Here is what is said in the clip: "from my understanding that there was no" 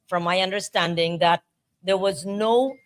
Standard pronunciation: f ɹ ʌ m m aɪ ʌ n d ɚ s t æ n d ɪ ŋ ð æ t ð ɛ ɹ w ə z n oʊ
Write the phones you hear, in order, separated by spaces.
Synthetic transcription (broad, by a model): f ɹ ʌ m m aɪ ʌ n d ɚ s t æ n d ɪ ŋ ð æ t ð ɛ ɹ w ə z n oʊ